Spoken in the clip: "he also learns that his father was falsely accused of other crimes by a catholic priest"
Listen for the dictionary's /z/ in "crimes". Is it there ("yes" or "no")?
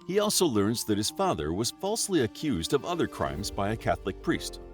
yes